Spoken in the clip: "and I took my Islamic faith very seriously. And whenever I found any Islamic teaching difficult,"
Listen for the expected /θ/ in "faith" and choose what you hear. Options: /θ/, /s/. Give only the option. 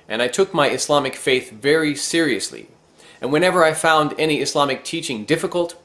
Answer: /θ/